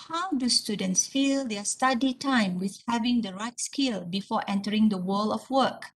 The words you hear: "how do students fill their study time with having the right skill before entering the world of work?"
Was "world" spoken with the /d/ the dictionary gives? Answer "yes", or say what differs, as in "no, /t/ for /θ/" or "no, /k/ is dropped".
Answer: no, /d/ is dropped